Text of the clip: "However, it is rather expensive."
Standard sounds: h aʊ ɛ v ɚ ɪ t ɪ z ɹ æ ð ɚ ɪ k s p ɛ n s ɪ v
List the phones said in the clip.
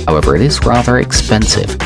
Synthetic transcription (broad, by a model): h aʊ ɛ v ɚ ɪ t ɪ z ɹ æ ð ɚ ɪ k s p ɛ n s ɪ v